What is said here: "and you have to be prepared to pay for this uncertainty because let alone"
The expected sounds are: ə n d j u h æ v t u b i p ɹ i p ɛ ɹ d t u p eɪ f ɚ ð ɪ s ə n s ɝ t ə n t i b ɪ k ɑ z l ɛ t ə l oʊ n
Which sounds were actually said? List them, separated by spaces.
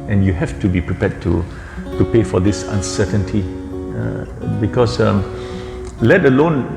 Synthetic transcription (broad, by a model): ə n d j u h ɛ f t u b i p ɹ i p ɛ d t t u p eɪ f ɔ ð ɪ s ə n s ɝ t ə n t i b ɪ k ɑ s l ɛ t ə l oʊ n